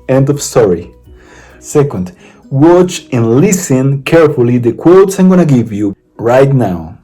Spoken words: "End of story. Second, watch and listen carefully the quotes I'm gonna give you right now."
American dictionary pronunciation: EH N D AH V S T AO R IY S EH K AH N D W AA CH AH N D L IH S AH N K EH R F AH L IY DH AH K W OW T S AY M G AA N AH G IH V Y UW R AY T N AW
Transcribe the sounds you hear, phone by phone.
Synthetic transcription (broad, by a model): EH N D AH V S T AO R IY S EH K AH N D W AA CH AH N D L IH S AH N K EH R F AH L IY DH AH K W OW T S AY M G AA N AH G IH V Y UW R AY T N AW